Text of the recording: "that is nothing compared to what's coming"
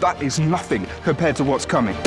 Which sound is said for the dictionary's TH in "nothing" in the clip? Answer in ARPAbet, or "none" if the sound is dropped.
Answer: TH